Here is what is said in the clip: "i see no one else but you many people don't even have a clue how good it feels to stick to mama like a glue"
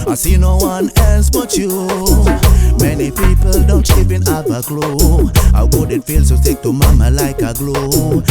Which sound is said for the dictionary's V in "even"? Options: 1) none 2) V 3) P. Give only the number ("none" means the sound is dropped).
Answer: 3